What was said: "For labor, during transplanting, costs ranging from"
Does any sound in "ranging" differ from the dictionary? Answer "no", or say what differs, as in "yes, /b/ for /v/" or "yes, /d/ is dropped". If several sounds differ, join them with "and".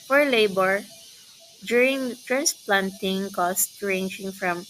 no